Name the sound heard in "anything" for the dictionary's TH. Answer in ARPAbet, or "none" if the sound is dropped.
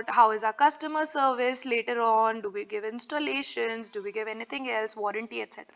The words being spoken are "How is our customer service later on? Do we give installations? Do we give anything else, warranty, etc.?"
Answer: T